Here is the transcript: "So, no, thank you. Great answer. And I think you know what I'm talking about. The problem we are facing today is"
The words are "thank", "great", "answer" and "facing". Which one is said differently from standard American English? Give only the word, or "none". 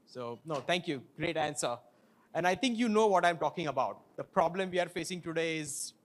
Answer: thank